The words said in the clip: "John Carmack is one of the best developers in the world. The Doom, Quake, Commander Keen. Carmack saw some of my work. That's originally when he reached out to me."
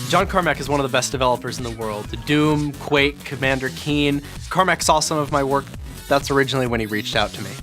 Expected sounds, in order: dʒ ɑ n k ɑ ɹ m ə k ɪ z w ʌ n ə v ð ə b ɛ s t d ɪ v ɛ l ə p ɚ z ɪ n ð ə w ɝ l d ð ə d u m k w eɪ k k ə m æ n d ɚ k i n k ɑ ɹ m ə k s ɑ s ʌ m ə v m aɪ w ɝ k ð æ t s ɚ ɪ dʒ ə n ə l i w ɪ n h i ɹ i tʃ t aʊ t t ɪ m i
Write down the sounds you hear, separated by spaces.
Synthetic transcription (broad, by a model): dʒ ɑ n k ɑ ɹ m ə k ɪ z w ʌ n ə v ð ə b ɛ s d ɪ v ɛ l ə p ɚ z n ð ə w ɝ l d ð ə d u m k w eɪ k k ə m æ n d ɚ k i n k ɑ ɹ m ə k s ɑ s ʌ m ə v m aɪ w ɝ k ð æ t s ɚ ɪ dʒ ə n l i w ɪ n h i ɹ i tʃ t aʊ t t ɪ m i